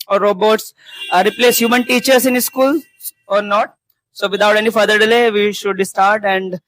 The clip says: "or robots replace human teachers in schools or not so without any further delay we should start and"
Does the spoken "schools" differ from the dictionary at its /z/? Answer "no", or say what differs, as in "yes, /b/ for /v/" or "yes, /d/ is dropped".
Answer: yes, /z/ is dropped